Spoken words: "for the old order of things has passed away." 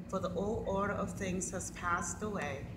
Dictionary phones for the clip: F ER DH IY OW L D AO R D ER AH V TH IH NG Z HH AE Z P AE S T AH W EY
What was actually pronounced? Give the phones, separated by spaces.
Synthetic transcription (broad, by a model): F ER DH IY OW L D AO R D ER AH V TH IH NG Z HH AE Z P AE S T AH W EY